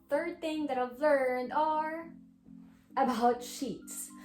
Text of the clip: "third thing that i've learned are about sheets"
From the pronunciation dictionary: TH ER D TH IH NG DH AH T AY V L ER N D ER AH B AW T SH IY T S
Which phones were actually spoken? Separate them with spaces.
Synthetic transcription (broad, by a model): TH ER D TH IH NG DH AH T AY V L ER N D ER AH B AW T SH IY T S